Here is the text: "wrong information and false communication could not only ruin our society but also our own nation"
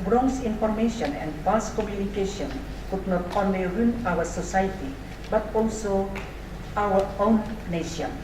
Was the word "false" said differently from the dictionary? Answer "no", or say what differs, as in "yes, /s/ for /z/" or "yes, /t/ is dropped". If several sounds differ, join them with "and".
yes, /l/ is dropped